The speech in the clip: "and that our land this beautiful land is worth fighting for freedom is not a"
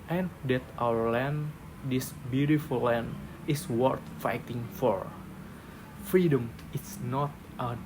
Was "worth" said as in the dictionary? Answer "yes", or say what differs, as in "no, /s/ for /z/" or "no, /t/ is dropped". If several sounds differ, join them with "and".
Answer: no, /t/ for /θ/